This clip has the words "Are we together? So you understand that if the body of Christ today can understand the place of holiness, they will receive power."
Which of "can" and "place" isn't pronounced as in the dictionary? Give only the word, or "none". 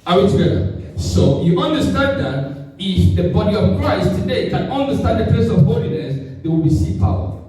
place